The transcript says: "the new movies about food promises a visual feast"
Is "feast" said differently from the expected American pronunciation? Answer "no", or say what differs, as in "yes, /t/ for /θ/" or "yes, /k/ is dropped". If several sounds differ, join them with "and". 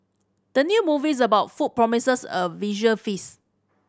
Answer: yes, /t/ is dropped